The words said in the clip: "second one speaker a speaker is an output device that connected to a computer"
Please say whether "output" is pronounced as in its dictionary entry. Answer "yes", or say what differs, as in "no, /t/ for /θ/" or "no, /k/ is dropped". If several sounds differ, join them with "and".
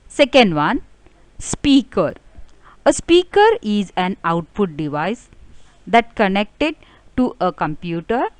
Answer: no, /f/ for /p/